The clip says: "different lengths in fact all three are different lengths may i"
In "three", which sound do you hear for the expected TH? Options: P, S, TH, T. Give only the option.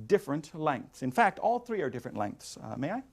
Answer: TH